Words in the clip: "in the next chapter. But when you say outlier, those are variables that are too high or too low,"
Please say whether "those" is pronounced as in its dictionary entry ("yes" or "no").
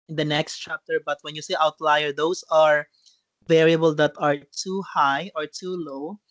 no